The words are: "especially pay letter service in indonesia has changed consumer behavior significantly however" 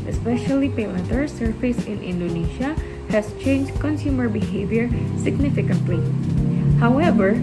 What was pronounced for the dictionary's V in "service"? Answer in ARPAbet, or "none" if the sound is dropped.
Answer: F